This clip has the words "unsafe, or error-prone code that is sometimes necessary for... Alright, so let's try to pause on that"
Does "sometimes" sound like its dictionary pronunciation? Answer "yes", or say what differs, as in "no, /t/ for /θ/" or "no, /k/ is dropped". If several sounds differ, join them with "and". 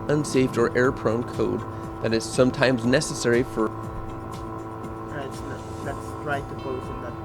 yes